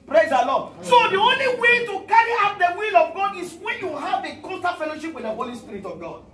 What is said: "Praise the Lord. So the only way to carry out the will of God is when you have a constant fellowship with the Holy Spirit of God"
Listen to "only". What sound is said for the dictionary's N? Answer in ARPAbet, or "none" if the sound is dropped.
N